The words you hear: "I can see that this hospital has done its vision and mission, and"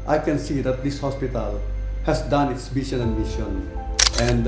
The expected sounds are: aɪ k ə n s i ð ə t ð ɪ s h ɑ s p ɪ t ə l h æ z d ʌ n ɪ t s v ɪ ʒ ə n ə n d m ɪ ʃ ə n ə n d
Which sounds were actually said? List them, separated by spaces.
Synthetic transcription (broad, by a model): aɪ k ə n s i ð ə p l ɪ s h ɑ s p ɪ t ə l h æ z d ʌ n ɪ t s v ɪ ʃ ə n ə n d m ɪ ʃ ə n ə n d